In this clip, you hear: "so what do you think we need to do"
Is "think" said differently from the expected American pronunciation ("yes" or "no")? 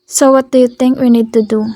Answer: yes